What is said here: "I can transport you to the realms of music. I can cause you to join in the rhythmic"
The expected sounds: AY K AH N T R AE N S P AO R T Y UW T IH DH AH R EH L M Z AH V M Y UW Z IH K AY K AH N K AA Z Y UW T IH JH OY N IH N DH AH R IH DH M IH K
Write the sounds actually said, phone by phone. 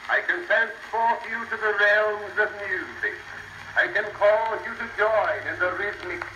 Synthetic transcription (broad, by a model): AY K AH N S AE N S F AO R Y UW T IH DH AH R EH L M Z AH V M Y UW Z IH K AY K AH N K AA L Y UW T IH JH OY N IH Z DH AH R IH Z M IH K